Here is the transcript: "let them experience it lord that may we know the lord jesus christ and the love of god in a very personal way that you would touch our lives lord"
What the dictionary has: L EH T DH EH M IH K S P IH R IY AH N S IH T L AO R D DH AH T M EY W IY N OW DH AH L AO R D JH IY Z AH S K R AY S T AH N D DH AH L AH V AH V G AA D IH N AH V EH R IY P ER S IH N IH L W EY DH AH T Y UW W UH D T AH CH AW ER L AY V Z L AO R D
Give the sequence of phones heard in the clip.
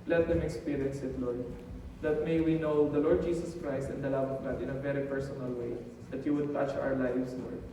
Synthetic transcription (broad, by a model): L EH T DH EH M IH K S P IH R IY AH N S IH T L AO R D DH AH T M EY W IY N OW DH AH L AO R D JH IY S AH S K R AY S T AH N D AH L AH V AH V G AA D IH N AH V EH R IY P ER S IH N IH L W EY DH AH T Y UW W UH D T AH CH AW ER L AY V S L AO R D